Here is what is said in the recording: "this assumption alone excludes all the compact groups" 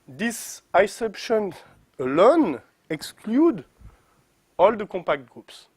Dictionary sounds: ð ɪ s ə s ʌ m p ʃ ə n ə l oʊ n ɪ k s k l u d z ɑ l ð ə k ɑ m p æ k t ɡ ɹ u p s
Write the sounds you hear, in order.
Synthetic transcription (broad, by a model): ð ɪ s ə s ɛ p ʃ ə n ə l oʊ n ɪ k s k l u d ɑ l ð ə k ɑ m p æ k t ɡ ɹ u p s